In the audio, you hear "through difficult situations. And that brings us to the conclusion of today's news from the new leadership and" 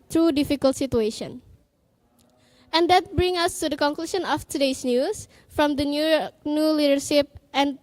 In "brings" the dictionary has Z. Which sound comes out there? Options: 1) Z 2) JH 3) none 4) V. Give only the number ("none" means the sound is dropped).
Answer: 3